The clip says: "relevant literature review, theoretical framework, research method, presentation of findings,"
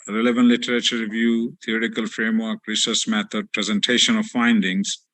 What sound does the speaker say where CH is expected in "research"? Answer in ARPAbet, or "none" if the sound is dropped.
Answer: S